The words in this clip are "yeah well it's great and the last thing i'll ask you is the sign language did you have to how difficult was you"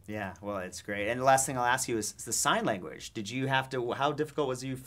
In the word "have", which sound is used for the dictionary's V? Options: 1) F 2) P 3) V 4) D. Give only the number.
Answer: 1